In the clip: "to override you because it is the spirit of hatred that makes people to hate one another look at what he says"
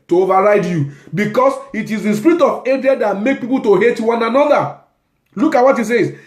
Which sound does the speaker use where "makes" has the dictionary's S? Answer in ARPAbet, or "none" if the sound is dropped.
none